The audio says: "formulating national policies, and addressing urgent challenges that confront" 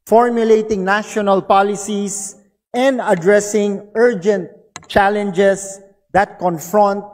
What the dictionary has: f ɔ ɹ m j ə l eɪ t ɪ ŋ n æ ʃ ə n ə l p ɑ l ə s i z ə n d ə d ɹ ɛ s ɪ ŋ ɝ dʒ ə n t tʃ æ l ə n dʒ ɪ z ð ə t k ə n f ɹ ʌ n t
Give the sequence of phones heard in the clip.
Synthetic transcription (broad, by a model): f ɔ ɹ m j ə l eɪ t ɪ ŋ n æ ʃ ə n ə l p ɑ l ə s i s ə n d ə d ɹ ɛ s ɪ ŋ ɝ dʒ ə n t tʃ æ l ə n dʒ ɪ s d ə t k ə n f ɹ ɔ n t